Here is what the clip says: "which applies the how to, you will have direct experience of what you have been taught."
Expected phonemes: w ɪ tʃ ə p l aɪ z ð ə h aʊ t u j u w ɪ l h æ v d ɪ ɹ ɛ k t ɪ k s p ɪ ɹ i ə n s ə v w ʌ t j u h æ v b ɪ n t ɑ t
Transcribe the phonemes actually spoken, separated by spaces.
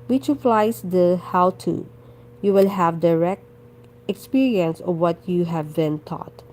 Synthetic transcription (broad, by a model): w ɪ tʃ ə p l aɪ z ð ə h aʊ t u j u w ɪ l h æ v d ɪ ɹ ɛ k t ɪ k s p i ɹ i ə n s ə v w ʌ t j u h æ v b ɪ n t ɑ t